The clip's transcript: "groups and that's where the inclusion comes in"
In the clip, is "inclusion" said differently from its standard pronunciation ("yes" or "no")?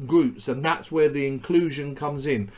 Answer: no